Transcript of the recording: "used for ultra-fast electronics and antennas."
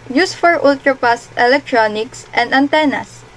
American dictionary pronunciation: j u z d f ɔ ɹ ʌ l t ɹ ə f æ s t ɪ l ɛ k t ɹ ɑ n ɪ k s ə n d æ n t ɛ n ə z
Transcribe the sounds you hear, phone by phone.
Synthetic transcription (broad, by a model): j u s f ɔ ɹ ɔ l t ɹ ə p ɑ s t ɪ l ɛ k t ɹ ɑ n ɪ k s ə n d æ n t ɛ n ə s